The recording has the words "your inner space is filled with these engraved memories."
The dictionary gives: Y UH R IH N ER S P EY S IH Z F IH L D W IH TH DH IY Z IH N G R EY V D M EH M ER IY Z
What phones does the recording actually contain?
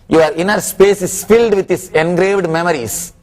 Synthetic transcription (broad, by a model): Y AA R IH N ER S P EY S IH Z F IH L D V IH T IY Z IH N G R EY V D M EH M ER IY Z